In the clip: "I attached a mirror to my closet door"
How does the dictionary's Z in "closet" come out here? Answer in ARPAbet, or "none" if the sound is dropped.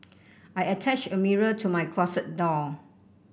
S